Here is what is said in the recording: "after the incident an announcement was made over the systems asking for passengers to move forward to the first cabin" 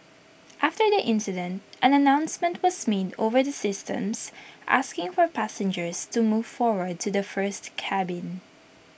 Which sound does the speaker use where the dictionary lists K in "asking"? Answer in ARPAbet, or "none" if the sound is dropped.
K